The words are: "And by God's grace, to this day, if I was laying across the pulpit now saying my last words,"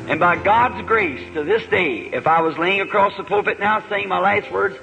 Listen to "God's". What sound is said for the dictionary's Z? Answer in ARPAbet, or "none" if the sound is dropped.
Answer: Z